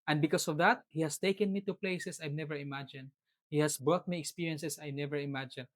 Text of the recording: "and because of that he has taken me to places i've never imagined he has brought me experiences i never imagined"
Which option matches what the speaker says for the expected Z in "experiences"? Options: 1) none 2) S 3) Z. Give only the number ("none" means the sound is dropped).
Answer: 2